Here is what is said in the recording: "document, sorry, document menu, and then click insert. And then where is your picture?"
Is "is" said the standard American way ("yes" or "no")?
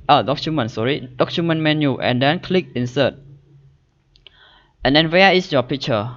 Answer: no